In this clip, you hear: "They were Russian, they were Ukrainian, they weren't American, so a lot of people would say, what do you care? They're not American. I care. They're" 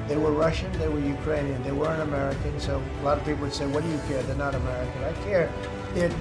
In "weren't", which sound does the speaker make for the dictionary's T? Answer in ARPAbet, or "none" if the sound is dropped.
none